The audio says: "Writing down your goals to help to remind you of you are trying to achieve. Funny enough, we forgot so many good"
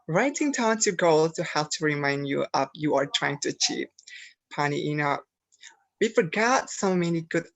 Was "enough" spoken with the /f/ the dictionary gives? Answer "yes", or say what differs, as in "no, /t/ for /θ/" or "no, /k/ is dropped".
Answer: no, /p/ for /f/